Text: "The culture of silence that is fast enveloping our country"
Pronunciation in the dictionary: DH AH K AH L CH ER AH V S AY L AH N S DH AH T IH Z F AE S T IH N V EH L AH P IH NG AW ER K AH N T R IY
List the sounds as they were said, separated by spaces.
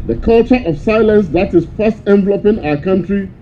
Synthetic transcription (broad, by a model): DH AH K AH L CH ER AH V S AY L AH N S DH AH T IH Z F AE S T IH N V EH L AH P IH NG AW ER K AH N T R IY